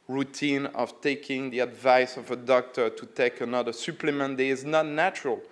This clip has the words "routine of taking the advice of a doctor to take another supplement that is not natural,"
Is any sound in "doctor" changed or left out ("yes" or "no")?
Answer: no